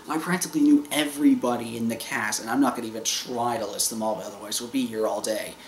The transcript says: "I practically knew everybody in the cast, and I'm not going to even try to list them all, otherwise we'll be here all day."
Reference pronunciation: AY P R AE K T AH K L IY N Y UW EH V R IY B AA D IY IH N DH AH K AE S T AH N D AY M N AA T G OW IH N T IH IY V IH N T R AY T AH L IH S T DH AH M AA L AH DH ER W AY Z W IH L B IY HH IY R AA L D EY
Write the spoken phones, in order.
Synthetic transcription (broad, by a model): AY P R AE K T AH K L IY N Y UW EH V R IY B AA D IY IH N DH AH K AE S AH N AY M N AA T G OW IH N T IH IY V IH N T R AY T AH L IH S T DH AH M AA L AH DH ER W AY Z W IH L B IY HH IY R AA L D EY